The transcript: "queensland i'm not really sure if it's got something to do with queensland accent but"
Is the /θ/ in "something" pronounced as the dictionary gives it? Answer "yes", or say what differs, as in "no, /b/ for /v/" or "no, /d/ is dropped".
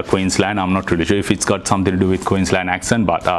no, /t/ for /θ/